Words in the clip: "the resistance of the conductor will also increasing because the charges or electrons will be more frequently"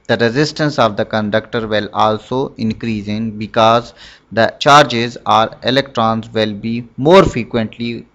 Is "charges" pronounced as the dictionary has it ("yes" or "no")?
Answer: yes